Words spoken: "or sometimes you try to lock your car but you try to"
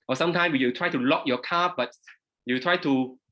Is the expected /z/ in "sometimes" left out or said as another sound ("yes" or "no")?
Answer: yes